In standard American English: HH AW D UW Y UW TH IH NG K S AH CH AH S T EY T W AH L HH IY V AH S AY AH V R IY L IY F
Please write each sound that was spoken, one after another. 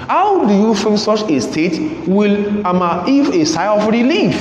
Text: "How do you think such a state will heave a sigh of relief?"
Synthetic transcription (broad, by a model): HH AW D UW Y UW F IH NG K S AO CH AH S T EY T W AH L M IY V AH S AY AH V R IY L IY F